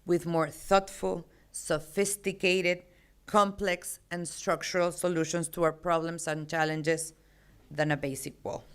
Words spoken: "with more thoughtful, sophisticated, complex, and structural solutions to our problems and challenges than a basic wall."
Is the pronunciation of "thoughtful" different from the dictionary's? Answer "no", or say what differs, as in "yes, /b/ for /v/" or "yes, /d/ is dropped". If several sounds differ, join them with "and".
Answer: no